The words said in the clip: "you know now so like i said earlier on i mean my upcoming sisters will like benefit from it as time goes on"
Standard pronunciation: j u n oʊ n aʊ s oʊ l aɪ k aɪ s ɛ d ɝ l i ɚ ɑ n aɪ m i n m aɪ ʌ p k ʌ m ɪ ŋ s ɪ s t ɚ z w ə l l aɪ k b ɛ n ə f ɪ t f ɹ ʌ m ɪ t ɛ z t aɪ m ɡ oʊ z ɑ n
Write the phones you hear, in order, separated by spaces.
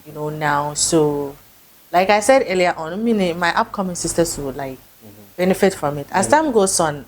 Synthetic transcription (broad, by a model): j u n oʊ n aʊ s oʊ l aɪ k aɪ s ɛ d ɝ l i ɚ ɑ n m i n m aɪ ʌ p k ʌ m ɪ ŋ s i s t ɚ s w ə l l aɪ k b ɛ n ə f ɪ t f ɹ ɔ m ɪ t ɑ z t aɪ m ɡ oʊ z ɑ n